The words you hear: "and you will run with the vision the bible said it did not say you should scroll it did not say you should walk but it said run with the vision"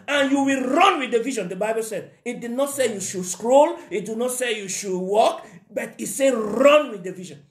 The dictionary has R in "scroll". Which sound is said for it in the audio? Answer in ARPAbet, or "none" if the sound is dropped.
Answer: R